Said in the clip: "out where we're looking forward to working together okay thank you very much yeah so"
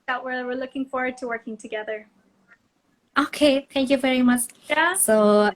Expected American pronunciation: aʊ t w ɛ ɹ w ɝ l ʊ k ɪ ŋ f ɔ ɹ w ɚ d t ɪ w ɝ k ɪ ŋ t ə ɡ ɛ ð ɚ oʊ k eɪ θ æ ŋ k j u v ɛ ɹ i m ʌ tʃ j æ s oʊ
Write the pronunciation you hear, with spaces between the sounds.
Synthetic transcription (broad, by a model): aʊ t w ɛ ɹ w ɝ l ʊ k ɪ ŋ f ɔ ɹ w ɚ d t ɪ w ɝ k ɪ ŋ t ə ɡ ɛ ð ɚ oʊ k eɪ θ æ ŋ k j u v ɛ ɹ i m ʌ tʃ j s oʊ